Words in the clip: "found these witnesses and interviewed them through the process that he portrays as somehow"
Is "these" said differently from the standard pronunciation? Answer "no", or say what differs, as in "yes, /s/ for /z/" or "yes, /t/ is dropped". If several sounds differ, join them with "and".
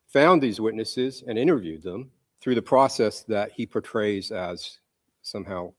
no